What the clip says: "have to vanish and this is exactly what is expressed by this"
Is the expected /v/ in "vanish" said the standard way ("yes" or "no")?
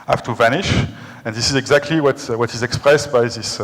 yes